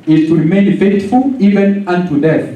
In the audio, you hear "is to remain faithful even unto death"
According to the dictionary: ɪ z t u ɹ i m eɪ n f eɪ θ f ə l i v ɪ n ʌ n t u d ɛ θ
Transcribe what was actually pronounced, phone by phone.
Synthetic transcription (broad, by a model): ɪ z t u ɹ i m eɪ n f eɪ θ f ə l i v ɪ n ʌ n t u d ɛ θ